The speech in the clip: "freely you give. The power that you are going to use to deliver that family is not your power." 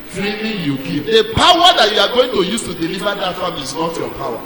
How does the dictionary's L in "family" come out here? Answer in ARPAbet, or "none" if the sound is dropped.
none